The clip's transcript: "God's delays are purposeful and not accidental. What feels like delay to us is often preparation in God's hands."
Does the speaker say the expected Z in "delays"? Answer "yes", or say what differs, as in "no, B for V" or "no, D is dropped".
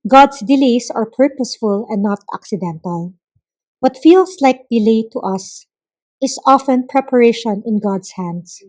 no, S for Z